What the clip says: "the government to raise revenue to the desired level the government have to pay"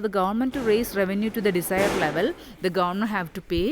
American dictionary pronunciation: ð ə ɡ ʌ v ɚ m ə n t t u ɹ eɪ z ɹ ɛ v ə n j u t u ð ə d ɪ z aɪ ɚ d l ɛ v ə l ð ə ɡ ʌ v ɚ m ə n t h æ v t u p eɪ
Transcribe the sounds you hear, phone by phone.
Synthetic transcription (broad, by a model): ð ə ɡ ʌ v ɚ m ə n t t u ɹ eɪ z ɹ ɛ v ə n j u t u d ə d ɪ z aɪ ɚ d l ɛ v ə l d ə ɡ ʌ v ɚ m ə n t h æ v t u p eɪ